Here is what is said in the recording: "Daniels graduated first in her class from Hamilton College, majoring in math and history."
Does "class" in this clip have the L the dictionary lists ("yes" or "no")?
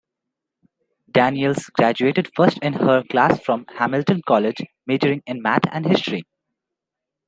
yes